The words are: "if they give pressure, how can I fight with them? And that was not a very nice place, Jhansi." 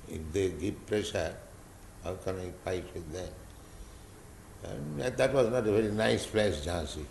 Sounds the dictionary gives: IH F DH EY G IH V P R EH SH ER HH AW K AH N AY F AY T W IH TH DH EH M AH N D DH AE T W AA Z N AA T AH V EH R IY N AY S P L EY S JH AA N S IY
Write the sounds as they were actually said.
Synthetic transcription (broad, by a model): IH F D EY G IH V P R EH SH ER HH AW K AH N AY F AY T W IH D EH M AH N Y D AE T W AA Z N AA T AH V EH R IY N AY S F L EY SH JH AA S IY